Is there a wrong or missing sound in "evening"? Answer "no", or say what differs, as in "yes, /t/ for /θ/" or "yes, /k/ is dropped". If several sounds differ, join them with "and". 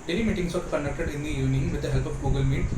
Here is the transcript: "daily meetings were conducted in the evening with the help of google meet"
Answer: yes, /v/ is dropped